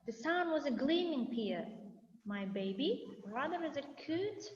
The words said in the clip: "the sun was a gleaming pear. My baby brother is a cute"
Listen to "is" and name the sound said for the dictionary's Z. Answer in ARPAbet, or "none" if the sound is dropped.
Z